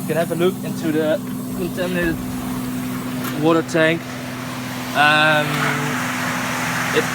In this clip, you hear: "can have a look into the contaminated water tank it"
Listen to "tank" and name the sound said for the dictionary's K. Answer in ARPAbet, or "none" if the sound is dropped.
K